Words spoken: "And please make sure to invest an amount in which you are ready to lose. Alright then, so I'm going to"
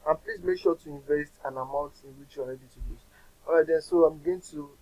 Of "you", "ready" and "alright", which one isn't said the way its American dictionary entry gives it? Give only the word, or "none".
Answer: alright